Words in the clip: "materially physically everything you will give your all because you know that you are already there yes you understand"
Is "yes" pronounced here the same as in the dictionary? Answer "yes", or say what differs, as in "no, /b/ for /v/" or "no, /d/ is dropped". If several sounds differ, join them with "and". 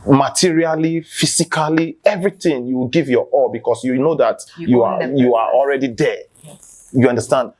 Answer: no, /s/ is dropped